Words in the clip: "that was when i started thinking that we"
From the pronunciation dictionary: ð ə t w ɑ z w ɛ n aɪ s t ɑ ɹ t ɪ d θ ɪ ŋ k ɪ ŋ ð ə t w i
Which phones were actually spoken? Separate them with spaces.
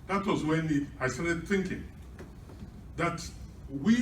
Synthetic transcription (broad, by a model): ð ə t w ɑ z w ɛ n aɪ s t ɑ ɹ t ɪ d θ ɪ ŋ k ɪ ŋ ð ə t w i